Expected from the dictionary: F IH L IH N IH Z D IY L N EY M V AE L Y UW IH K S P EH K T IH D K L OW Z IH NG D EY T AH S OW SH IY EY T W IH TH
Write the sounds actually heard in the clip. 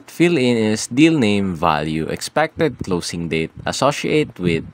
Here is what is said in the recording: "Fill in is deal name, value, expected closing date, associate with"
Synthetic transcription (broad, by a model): F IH L IH N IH S D IY L N EY M V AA L Y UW IH K S P EH K T IH D K L OW S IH NG D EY T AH S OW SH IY EY T W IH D